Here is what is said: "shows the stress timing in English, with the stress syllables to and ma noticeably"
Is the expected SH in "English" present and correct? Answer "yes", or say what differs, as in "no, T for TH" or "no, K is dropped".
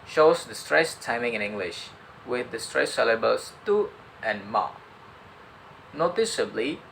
yes